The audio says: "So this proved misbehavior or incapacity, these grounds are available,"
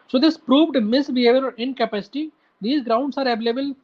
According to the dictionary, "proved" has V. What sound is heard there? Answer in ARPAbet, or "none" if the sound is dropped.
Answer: V